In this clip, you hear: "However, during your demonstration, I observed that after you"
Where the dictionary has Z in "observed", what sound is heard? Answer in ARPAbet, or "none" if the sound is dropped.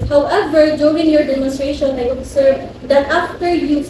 S